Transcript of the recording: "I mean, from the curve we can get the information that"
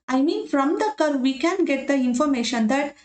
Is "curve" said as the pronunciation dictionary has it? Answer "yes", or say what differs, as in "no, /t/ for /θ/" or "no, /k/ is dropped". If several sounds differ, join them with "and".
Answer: yes